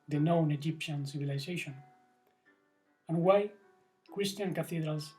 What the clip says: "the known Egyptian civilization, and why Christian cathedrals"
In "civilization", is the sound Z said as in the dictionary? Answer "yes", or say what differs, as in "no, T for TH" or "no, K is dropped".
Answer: no, S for Z